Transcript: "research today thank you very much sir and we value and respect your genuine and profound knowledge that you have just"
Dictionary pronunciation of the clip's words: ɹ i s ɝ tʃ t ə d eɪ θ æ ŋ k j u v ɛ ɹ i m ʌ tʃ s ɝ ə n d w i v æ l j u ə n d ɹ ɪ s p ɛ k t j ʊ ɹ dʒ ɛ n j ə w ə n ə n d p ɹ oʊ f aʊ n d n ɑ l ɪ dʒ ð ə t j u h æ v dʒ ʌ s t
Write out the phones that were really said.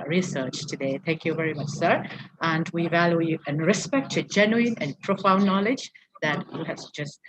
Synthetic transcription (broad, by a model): ɹ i s ɝ tʃ t ə d eɪ θ æ ŋ k j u v ɛ ɹ i m ʌ tʃ s ɝ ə n w i v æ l j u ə n ɹ ɪ s p ɛ k t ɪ dʒ ɛ n j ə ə n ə n p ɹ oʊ f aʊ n n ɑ l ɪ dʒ ð ə t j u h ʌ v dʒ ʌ s t